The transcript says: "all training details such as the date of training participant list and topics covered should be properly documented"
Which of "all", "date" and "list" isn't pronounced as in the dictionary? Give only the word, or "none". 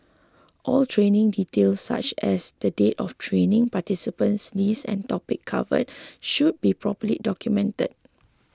list